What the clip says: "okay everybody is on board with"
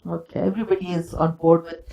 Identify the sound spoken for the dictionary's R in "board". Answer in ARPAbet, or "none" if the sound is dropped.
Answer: R